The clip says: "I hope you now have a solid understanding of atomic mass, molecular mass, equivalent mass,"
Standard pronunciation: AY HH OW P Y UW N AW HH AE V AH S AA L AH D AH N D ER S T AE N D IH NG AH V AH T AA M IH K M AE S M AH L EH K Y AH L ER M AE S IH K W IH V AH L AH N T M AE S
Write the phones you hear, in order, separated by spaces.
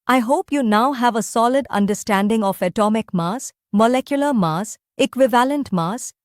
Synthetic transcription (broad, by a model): AY HH OW P Y UW N AW HH AE V AH S AA L AH D AH N D ER S T AE N D IH NG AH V AH T AA M IH K M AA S M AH L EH K Y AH L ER M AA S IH K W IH V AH L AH N T M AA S